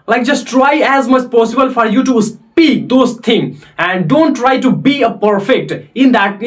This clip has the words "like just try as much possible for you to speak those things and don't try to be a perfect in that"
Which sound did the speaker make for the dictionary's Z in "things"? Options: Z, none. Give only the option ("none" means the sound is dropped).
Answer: none